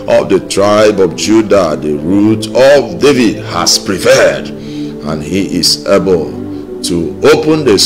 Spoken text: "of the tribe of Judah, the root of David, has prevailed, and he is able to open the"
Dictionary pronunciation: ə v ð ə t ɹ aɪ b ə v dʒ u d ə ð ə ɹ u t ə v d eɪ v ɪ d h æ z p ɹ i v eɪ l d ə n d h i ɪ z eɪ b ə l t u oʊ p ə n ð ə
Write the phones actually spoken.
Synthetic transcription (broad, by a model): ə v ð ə t ɹ aɪ b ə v dʒ u d ə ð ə ɹ u t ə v d eɪ v ɪ d h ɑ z p ɹ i p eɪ d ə n h i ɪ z eɪ b ə l t u oʊ p ə n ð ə